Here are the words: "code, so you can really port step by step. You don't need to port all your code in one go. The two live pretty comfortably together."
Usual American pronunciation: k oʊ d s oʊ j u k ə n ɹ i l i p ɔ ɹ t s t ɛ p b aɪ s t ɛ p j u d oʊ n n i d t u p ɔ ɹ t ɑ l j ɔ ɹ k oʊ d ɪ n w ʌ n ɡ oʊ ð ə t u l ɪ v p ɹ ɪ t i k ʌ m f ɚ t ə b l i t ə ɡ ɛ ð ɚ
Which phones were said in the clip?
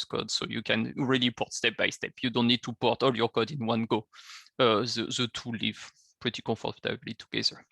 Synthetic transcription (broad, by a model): k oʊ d s oʊ j u k ə n ɹ i l i p ɔ ɹ t s t ɛ p b aɪ s t ɛ p j u d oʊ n n i d t u p ɔ ɹ t ɑ l j ɔ ɹ k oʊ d ɪ n w ʌ n ɡ oʊ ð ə t u l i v p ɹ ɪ t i k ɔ f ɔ t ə b l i t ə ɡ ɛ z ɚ